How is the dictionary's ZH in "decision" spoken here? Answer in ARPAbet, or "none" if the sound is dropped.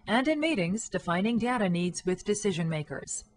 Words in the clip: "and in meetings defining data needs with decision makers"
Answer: ZH